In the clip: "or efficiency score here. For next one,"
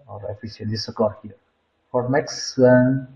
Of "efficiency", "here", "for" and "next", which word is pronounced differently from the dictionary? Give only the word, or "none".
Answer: efficiency